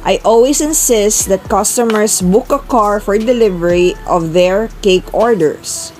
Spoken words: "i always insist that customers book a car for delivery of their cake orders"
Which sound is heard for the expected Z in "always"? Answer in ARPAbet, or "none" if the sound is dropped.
S